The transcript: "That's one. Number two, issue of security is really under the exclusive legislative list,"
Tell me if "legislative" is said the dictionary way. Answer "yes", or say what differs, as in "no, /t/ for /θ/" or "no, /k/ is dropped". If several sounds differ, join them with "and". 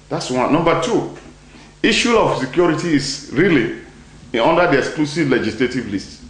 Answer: yes